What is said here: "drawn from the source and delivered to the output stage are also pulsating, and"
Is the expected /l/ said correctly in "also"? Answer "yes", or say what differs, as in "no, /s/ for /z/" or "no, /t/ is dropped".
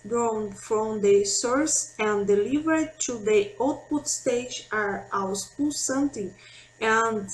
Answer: no, /w/ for /l/